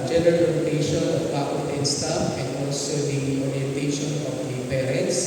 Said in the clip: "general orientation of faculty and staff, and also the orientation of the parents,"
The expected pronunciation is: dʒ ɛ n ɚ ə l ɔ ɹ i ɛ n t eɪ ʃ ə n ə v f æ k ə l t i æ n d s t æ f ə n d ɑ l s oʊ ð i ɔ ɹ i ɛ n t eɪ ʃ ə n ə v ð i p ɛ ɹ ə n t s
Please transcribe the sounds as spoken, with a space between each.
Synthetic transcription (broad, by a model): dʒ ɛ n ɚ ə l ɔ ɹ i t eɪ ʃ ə n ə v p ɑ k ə t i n s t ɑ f ə n d ɑ l s oʊ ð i ɔ ɹ i ɛ n t eɪ ʃ ə n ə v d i p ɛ ɹ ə n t s